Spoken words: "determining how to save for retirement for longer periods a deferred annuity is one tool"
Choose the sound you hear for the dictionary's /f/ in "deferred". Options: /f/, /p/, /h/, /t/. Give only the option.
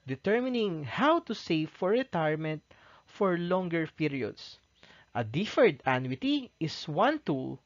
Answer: /f/